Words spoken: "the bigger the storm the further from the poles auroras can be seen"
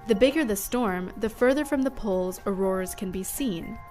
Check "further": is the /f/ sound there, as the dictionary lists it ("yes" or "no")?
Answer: yes